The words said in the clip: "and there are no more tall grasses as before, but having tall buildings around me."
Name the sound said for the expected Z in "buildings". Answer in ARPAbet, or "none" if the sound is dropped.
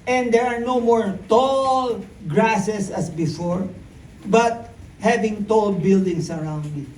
S